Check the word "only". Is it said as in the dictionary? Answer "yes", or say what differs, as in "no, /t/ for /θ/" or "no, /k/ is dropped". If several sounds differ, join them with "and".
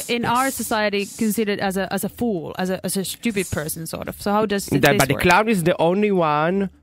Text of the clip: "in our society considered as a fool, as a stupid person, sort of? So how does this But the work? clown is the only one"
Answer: yes